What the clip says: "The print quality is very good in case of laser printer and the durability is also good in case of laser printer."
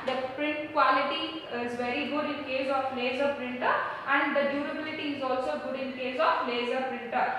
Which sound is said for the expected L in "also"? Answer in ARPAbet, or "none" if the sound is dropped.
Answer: L